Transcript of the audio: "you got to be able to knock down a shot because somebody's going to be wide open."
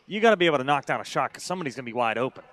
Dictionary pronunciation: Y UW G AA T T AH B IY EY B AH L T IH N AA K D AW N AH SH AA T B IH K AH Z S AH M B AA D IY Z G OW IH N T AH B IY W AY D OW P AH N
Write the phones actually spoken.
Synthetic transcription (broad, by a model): Y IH G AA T T AH B IY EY AH L T IH N AA K D AW N AH SH AA K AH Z S AH M B AA D IY Z G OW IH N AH B IY W AY D OW P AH N